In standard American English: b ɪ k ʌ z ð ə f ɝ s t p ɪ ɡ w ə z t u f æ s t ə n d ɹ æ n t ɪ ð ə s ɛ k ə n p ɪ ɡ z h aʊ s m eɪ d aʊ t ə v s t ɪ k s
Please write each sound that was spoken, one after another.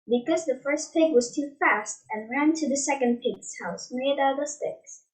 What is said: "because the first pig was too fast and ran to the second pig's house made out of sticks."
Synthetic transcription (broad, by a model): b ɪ k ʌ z ð ə f ɝ s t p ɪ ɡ w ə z t u f æ s t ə n ɹ æ n t ɪ ð ə s ɛ k ə n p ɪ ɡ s h aʊ s m eɪ d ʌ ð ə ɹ s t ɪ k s